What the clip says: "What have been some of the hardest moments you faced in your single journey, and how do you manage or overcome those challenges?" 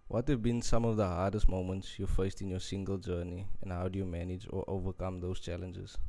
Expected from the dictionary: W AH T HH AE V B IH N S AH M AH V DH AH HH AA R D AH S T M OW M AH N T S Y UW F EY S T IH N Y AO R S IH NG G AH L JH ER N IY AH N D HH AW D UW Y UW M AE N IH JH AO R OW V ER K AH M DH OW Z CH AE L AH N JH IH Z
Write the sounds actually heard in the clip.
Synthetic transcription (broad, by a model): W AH T HH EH V B IH N S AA M AH V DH AH HH AA D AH S T M OW M AH N T S Y UW F EY S T IH N Y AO S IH NG G AH L JH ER N IY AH N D HH AW D UW Y UW M AE N IH JH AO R OW V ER K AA M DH OW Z CH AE L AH N JH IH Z